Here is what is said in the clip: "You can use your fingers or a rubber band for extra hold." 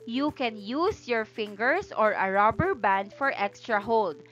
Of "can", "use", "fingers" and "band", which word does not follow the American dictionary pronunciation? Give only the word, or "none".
fingers